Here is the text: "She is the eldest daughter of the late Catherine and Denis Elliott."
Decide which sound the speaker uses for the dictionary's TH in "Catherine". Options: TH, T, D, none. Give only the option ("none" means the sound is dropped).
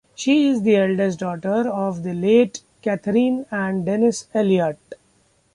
T